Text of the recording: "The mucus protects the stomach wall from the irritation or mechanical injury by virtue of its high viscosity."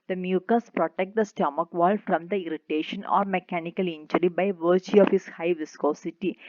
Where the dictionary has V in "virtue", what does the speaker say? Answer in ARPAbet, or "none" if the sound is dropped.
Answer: V